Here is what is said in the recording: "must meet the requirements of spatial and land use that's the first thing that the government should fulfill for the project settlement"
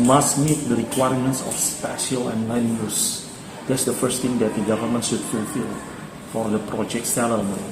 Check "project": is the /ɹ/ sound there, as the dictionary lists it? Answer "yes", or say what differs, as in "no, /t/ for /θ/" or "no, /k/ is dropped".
yes